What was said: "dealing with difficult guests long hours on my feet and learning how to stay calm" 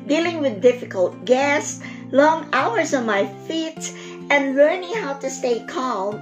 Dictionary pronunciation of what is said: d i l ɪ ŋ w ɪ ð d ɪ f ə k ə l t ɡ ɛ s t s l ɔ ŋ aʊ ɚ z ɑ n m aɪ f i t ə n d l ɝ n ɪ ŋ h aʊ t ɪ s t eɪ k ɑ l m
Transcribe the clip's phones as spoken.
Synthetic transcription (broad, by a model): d i l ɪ ŋ w ɪ ð d ɪ f ə k ə l t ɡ ɛ s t l ɔ ŋ aʊ ɚ z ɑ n m aɪ f i t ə n l ɝ n ɪ ŋ h aʊ t ɪ s t eɪ k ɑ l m